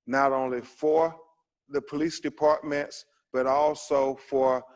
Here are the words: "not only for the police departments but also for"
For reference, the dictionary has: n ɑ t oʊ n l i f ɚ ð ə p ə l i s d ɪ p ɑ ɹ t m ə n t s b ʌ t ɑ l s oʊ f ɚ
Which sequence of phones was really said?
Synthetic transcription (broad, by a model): n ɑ t oʊ n l i f ɚ ð ə p ə l i s d ɪ p ɑ ɹ t m ə n t s b ʌ t ɑ l s oʊ f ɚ